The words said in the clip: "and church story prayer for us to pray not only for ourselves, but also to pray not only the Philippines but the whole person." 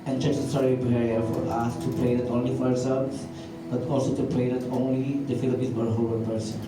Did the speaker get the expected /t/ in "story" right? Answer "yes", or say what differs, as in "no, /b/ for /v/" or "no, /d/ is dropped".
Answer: no, /s/ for /t/